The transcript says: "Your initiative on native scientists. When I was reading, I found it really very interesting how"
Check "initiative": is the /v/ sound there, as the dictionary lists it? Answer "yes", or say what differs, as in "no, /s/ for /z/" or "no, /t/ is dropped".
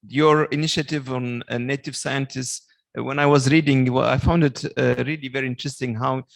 yes